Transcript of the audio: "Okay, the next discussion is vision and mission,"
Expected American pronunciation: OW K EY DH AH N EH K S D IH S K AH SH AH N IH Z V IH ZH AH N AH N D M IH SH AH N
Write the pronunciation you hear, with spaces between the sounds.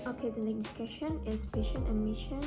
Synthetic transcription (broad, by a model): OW K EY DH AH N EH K D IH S K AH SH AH N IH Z P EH SH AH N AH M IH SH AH N